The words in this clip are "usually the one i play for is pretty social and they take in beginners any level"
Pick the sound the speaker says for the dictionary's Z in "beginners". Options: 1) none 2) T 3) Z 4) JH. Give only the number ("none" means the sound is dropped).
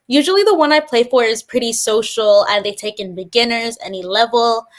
3